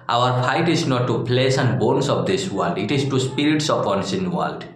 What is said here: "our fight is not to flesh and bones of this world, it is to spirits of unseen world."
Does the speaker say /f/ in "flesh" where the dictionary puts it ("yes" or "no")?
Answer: no